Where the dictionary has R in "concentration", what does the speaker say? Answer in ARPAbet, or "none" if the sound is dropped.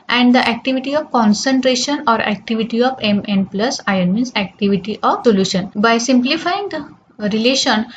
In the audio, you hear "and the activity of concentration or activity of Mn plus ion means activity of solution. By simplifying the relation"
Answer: R